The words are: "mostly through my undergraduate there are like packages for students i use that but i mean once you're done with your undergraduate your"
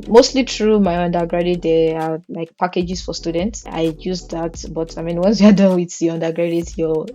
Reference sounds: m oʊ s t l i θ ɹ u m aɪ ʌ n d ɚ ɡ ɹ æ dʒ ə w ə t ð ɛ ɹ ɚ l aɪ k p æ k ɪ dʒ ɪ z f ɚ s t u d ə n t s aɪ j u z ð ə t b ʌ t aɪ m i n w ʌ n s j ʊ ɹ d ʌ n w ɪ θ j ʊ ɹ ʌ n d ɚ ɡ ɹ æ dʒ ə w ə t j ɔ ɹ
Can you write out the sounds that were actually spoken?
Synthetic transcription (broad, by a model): m oʊ s t l i t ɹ u m aɪ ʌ n d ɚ ɡ ɹ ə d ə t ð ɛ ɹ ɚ l aɪ k p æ k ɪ dʒ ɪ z f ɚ s t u d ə n t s aɪ j u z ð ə t b ʌ t aɪ m i n w ʌ n s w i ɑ d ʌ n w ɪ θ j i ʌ n d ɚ ɡ ɹ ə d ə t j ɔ